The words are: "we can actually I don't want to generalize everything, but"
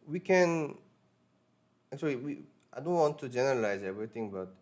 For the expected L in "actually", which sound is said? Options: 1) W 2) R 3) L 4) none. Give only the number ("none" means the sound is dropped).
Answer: 1